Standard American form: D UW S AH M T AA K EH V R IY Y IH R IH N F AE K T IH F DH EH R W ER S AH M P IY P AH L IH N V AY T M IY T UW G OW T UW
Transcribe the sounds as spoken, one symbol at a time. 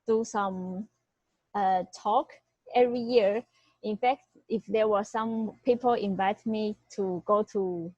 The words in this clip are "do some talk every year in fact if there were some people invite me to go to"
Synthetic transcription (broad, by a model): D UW S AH M T AA K EH V R IY Y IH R IH N F AE K T IH F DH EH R W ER S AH M P IY P AH L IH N V AY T M IY T UW G OW T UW